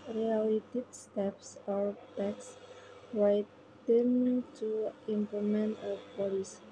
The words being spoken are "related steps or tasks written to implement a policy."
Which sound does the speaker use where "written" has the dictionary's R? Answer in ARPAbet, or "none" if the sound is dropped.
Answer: W